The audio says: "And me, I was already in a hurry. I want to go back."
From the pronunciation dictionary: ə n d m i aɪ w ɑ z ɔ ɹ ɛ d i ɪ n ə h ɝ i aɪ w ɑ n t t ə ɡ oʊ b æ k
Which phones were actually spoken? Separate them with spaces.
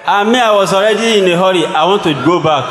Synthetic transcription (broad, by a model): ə m i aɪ w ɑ s ɔ ɹ ɛ d i ɪ n ə h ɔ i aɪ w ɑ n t t ə ɡ oʊ b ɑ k